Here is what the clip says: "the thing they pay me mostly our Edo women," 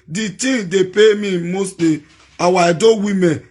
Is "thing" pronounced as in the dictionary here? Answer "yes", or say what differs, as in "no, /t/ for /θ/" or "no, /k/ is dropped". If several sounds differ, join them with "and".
no, /t/ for /θ/